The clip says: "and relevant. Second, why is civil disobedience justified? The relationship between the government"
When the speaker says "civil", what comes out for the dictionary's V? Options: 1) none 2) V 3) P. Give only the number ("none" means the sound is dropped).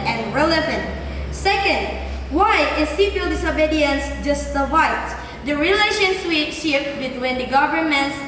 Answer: 3